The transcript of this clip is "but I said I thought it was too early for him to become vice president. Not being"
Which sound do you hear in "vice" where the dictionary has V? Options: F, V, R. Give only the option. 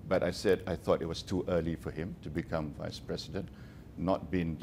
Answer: V